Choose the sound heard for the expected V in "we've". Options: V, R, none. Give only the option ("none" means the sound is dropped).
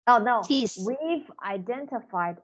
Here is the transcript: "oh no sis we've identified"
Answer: V